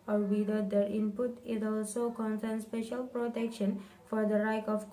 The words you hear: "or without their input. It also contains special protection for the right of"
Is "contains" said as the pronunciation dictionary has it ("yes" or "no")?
no